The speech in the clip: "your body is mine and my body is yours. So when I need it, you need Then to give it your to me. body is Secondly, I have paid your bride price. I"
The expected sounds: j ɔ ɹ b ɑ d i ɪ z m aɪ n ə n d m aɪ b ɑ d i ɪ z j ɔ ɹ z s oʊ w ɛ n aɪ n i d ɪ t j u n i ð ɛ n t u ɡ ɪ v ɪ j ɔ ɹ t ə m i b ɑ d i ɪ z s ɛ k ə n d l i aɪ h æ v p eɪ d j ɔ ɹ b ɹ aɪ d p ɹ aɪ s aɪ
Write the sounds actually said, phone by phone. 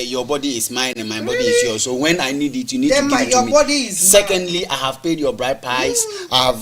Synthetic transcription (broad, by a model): j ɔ b ɑ d i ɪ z m aɪ n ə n m aɪ b ɑ d i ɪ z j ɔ s oʊ w ɛ n aɪ n i d ɪ t j u n i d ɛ t u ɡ ɪ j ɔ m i b ɑ d i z s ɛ k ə n d l i aɪ h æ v p eɪ d j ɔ b ɹ aɪ d p aɪ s aɪ